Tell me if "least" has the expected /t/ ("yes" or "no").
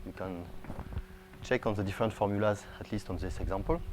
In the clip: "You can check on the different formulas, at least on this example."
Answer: yes